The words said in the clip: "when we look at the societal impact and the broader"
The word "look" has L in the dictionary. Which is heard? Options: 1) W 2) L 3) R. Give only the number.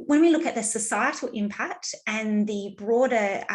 2